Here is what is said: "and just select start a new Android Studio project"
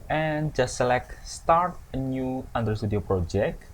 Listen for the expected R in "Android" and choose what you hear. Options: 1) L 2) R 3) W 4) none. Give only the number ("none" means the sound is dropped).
4